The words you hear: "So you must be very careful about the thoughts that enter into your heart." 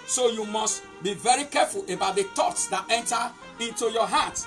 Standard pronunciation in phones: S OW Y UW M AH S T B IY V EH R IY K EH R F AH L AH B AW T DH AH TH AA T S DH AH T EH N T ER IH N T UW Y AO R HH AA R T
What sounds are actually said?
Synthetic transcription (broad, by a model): S OW Y UW M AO S T B IY V EH R IY K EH F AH L AH B AW T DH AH T AA T S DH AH T EH N T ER IH N T UW Y AO HH AA T